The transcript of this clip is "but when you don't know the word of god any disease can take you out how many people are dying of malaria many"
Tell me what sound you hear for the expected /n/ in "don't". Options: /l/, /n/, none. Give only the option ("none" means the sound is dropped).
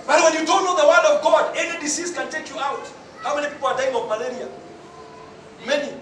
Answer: /l/